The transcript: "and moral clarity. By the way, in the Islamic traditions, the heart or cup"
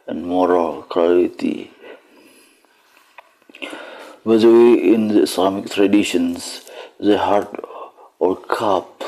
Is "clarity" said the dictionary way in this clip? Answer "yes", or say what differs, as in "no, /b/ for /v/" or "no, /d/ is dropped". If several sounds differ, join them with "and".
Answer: no, /l/ is dropped and /ɹ/ is dropped